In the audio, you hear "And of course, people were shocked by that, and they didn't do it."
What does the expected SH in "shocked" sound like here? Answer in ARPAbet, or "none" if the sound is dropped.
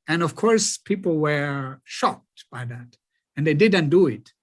SH